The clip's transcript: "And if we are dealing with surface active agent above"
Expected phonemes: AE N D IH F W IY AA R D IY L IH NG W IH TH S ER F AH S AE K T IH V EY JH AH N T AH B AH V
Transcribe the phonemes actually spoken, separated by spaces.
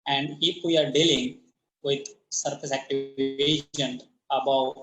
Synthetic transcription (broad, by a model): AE N D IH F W IY AA R D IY L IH NG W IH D S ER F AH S AE K T IH V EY SH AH N AH B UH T